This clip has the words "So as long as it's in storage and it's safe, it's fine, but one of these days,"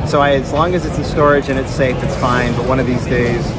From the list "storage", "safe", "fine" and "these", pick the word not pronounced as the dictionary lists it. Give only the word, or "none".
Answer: none